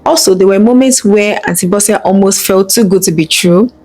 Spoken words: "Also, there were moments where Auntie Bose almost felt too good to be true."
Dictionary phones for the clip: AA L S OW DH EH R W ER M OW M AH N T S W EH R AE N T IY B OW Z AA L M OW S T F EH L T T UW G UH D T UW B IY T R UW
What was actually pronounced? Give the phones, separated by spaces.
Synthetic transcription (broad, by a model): AA L S OW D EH W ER M OW M AH N T S W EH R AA N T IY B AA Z AA L M OW S T F EH L T T UW G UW D T UW B IY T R UW